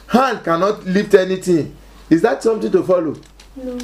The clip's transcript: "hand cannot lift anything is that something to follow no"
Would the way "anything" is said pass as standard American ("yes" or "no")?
no